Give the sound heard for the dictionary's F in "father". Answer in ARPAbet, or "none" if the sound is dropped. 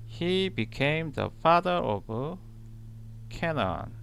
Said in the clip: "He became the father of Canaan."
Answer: F